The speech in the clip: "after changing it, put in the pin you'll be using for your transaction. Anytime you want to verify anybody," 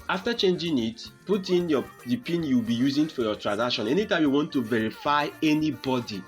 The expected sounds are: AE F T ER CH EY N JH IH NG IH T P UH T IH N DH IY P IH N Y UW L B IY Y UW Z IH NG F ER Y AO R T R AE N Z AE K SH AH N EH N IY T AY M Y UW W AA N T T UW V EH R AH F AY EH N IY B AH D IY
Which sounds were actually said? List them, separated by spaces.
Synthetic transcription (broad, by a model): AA F T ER CH EY N JH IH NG IH T P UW T IH N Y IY P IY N Y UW W B IY Y UW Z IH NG F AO Y AO T R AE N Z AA K SH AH N EH N IY T AY M Y UW W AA N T T UW V EH R AH F AY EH N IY B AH D IY